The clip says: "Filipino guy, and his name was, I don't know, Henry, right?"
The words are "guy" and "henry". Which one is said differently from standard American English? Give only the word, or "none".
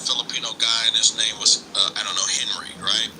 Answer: none